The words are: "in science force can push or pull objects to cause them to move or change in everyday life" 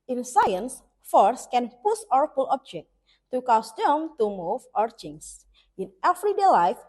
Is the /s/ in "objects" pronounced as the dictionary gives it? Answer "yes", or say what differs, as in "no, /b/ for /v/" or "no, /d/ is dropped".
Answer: no, /s/ is dropped